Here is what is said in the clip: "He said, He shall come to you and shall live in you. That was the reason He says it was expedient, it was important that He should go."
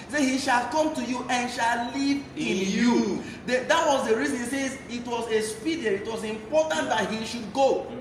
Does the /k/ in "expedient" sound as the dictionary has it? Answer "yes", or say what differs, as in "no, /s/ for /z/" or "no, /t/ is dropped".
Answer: no, /k/ is dropped